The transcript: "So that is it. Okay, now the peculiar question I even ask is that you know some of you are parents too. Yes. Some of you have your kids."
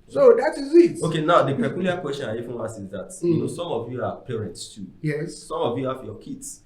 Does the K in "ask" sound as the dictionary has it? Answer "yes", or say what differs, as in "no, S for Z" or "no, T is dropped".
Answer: no, K is dropped